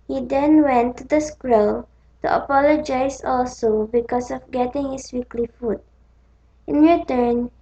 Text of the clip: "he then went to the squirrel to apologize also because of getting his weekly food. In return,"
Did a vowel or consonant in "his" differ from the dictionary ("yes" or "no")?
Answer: yes